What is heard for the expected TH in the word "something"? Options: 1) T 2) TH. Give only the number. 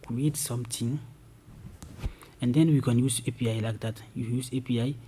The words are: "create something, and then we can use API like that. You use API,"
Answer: 1